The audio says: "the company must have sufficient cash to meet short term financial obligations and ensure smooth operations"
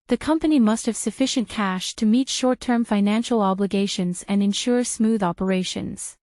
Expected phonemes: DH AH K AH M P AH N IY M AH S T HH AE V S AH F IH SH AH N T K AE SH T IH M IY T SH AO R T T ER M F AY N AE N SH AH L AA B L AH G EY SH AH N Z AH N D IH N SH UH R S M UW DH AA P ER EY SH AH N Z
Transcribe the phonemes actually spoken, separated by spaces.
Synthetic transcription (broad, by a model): DH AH K AH M P AH N IY M AH S T HH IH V S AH F IH SH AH N K AE SH T IH M IY T SH AO R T T ER M F AY N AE N SH L AA B L AH G EY SH AH N Z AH N IH N SH UH R S M UW DH AA P ER EY SH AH N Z